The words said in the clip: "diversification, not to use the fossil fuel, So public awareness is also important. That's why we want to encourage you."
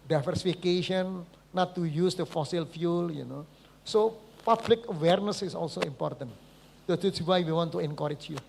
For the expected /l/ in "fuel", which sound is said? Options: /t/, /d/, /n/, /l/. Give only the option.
/n/